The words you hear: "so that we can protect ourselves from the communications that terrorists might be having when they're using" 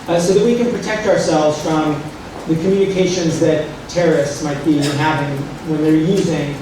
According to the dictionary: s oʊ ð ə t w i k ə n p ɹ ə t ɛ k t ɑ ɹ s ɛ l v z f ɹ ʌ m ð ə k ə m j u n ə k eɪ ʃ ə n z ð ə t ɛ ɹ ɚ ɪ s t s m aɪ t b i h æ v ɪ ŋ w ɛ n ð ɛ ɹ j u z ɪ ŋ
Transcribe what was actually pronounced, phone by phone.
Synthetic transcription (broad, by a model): s oʊ ð ə t w i k ə n p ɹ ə t ɛ k t ɑ ɹ s ɛ l v z f ɹ ʌ m ð ə k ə m j u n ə k eɪ ʃ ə n z ð ə t ɛ ɹ ɚ ɪ s t s m aɪ t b i h æ v ɪ ŋ w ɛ n ð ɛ ɹ j u z ɪ ŋ